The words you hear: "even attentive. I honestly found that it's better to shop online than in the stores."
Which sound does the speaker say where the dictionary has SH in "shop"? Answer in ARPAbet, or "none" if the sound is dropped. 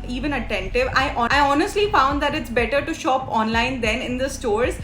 SH